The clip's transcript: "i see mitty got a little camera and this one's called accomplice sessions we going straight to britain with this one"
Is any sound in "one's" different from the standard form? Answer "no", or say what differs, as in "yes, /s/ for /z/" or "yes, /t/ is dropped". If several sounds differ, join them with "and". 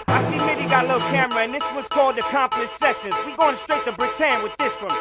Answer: yes, /n/ is dropped